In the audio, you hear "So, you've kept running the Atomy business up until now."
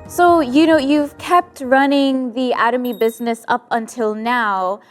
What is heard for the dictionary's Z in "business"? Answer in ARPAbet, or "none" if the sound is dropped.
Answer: Z